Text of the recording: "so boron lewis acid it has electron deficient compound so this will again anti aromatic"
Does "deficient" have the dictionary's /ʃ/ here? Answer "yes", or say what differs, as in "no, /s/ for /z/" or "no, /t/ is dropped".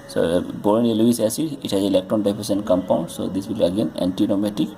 no, /s/ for /ʃ/